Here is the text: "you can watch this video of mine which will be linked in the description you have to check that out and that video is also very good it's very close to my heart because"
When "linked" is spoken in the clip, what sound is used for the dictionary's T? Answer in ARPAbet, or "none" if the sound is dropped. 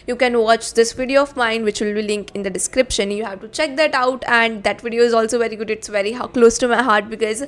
none